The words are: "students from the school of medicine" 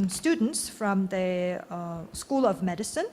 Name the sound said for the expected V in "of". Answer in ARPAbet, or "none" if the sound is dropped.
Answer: V